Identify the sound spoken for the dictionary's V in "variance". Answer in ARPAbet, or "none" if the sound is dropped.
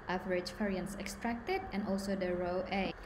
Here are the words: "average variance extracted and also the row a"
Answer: F